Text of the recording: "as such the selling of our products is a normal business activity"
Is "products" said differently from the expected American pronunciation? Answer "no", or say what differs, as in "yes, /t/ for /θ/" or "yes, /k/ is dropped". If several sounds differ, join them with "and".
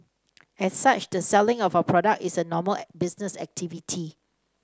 yes, /s/ is dropped